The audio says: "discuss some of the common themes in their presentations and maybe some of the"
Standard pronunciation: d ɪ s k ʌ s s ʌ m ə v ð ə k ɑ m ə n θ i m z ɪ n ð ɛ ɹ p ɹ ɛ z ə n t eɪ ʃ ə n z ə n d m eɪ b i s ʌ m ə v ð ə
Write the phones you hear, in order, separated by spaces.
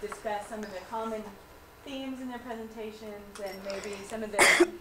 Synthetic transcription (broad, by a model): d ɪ s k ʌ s s ʌ m ə v ð ə k ɑ m ə n θ i m z ɪ n ð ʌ ɹ p ɹ ɛ z ə n t eɪ ʃ ə n z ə n m eɪ b i s ʌ m ə v ð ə